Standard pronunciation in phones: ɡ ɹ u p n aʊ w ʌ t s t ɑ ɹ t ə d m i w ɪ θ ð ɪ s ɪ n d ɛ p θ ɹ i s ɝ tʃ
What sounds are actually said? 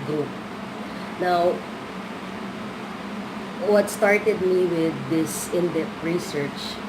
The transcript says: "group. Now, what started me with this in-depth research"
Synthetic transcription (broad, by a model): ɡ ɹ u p n aʊ w ʌ t s t ɑ ɹ t ə d m i w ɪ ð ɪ s ɪ n d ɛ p t ɹ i s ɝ tʃ